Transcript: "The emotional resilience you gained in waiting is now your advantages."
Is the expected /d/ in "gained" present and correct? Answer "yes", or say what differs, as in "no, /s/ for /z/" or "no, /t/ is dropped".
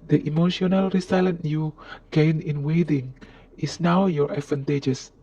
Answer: no, /d/ is dropped